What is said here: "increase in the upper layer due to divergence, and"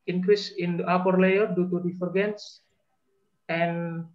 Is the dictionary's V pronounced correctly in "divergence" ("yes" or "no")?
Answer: no